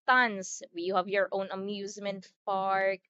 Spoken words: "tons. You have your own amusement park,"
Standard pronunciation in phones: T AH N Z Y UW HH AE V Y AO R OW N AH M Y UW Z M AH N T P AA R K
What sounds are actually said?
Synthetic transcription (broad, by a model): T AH N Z Y UW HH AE V Y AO R OW N AH M Y UW Z M AH N T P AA R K